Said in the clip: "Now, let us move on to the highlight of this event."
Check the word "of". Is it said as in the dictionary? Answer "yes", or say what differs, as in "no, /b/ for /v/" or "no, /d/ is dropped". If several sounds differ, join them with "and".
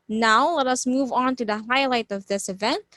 yes